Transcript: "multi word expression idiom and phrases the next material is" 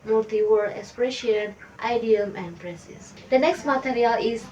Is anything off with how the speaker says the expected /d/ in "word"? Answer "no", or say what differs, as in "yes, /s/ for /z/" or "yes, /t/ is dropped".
yes, /d/ is dropped